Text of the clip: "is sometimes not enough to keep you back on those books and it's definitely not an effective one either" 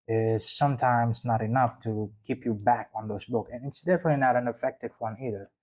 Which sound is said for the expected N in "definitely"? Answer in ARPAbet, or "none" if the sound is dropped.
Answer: N